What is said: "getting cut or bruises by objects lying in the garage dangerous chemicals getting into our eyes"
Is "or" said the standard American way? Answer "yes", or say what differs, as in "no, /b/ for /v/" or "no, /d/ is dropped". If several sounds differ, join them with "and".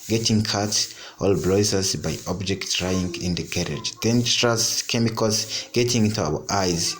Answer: no, /l/ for /ɹ/